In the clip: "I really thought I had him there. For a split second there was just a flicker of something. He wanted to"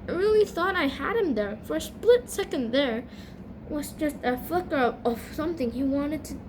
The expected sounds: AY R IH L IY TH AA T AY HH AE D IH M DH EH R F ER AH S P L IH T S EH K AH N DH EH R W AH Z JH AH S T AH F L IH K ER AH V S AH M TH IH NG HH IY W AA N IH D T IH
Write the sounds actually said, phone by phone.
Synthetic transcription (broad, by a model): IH R IH L IY TH AA T AY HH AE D IH M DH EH R F ER S P L IH T S EH K AH N DH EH R W AH Z JH AH S T AH F L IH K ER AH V S AH M TH IH NG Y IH W AA N IH D T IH